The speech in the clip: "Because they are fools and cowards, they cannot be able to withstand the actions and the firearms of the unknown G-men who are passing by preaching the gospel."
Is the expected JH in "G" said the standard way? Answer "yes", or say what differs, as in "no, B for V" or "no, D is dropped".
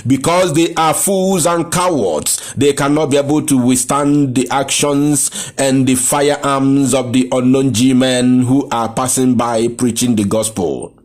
yes